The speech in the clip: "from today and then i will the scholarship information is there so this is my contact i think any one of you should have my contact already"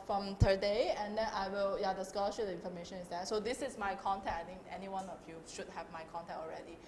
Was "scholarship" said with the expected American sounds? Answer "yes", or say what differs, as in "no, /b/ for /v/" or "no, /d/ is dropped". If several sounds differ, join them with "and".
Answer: no, /p/ is dropped